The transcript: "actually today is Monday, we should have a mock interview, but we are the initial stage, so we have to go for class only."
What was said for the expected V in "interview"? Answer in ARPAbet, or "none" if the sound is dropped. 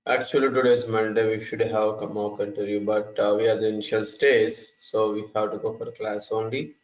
none